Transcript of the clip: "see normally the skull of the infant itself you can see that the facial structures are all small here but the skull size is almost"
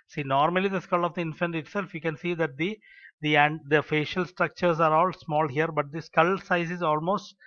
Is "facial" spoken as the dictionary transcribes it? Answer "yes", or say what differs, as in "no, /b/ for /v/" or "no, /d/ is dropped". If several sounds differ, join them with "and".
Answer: yes